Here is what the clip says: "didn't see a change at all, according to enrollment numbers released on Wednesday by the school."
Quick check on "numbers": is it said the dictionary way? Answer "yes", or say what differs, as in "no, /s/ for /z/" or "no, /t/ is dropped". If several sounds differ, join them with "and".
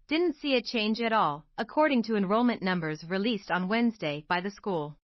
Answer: yes